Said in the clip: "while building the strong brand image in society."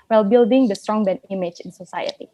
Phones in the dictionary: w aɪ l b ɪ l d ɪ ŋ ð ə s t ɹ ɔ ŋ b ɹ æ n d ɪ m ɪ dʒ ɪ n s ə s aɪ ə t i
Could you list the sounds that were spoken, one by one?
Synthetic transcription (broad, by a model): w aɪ l b ɪ l d ɪ ŋ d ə s t ɹ ɔ ŋ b ɛ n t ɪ m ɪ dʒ ɪ n s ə s aɪ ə t i